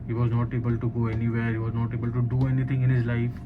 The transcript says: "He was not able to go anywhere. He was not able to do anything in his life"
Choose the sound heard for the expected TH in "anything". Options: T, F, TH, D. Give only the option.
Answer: T